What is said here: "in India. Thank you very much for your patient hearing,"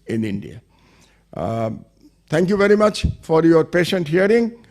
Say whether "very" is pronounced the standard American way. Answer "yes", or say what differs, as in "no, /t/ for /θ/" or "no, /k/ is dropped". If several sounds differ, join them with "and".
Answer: yes